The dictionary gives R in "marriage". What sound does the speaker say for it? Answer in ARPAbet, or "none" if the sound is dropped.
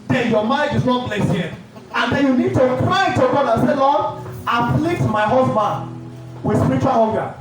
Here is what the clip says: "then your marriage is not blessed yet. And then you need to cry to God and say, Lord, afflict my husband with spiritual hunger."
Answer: none